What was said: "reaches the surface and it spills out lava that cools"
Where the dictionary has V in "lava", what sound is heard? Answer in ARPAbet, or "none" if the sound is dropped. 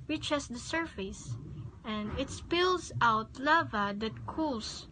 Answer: V